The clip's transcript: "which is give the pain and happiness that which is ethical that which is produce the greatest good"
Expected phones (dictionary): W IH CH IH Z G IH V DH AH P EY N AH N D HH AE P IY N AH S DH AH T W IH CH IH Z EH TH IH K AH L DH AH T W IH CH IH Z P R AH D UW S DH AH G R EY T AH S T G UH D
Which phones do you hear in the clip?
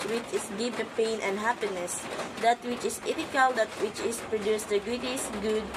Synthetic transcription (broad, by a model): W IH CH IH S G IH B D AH P EY N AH N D HH AE P IY N AH S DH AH T W IH CH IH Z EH T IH K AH L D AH T W IH CH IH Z P R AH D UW S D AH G UW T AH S G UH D